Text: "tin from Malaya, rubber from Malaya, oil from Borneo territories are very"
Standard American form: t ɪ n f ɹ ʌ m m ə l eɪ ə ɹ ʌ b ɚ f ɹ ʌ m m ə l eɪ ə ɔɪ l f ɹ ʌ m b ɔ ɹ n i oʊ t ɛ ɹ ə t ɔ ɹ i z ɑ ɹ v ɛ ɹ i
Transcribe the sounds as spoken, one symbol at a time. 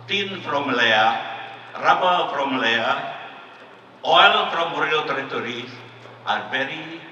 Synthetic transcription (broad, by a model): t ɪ n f ɹ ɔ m m l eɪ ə ɹ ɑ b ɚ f ɹ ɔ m m l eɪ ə ɔɪ l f ɹ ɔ m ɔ ɹ i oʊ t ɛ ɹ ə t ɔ ɹ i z ɑ ɹ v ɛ ɹ i